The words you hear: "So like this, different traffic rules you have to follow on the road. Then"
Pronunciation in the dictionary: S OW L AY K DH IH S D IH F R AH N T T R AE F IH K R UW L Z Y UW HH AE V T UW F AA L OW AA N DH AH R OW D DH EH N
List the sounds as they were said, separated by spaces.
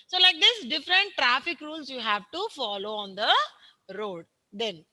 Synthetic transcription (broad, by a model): S OW L AY K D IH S D IH F R AH N T T R AE F IH K R UW L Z Y UW HH AE V T UW F AA L OW AA N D AH R OW D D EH N